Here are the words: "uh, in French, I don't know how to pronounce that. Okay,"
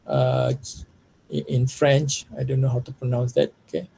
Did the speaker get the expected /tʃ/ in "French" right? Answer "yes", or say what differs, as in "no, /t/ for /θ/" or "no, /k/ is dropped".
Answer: yes